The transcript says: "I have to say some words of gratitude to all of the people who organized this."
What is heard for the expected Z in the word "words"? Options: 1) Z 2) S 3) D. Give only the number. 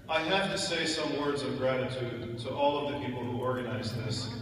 1